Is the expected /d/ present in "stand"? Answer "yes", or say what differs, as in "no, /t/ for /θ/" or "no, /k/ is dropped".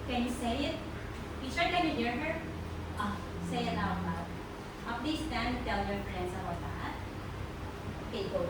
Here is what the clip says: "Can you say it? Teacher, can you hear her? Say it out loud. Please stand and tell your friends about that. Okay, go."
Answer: no, /d/ is dropped